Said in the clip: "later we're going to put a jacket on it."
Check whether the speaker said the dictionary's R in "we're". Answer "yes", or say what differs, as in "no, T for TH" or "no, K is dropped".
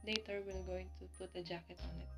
no, L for R